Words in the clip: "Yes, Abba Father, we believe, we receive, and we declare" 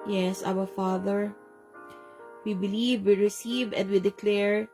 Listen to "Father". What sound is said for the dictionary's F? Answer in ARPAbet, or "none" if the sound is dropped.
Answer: F